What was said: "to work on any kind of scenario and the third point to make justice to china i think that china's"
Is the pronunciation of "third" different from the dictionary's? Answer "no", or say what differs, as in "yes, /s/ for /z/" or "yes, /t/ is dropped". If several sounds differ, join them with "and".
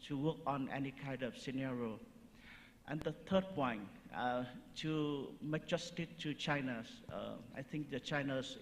yes, /t/ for /θ/